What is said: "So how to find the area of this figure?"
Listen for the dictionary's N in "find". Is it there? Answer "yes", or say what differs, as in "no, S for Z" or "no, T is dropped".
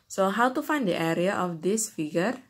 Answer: yes